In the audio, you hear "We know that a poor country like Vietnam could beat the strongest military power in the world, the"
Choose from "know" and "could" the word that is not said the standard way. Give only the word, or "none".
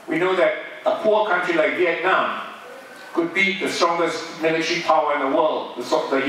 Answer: none